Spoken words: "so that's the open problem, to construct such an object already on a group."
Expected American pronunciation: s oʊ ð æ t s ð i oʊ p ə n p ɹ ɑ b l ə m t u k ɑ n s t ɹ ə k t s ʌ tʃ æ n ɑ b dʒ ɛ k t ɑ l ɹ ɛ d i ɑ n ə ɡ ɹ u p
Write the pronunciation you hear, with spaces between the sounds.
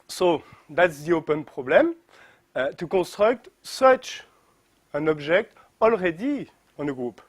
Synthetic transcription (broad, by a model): s oʊ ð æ t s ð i oʊ p ə n p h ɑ b l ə m t u k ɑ s t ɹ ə k t s ʌ tʃ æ n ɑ b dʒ ɛ k t ɑ l ɹ ɛ d i ɑ n ə ɡ ɹ u p